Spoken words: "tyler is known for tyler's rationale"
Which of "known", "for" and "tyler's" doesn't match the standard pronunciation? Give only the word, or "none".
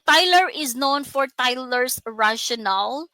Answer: tyler's